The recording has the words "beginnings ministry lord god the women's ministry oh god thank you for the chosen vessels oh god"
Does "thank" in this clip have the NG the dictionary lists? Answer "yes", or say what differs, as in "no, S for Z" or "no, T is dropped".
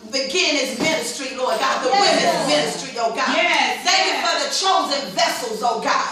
no, NG is dropped